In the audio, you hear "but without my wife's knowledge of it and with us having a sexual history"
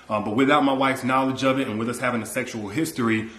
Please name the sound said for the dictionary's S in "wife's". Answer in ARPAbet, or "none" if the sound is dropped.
S